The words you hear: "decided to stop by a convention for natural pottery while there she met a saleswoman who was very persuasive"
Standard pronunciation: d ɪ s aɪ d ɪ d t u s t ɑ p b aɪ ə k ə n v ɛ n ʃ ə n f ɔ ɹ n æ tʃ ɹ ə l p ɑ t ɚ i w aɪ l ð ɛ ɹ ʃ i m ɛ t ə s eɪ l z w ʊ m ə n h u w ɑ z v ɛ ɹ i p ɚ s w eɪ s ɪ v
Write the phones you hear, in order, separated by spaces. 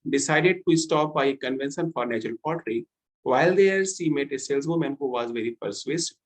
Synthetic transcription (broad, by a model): d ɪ s aɪ d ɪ d t u s t ɑ p b aɪ ə k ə n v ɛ n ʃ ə n f ɔ ɹ n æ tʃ ɹ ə l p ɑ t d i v aɪ l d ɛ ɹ s i m ɛ t ə s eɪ l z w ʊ m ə n h u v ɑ z v ɛ ɹ i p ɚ s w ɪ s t